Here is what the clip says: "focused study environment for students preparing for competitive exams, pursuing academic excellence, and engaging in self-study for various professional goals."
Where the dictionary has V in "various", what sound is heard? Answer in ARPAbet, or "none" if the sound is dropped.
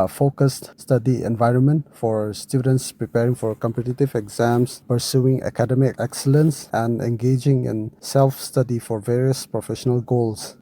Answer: V